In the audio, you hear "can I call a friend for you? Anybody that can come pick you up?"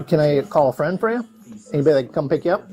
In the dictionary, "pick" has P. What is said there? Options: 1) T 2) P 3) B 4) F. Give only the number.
2